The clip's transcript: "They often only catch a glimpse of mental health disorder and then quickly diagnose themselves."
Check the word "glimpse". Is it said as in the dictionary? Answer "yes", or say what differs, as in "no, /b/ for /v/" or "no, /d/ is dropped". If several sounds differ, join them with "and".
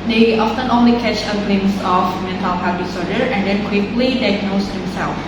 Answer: no, /p/ is dropped